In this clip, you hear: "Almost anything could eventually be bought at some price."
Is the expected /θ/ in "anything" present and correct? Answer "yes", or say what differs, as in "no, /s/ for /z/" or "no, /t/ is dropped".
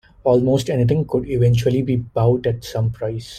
no, /t/ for /θ/